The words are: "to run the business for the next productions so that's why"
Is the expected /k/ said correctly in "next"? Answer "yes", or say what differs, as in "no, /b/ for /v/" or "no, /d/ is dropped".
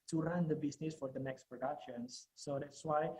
yes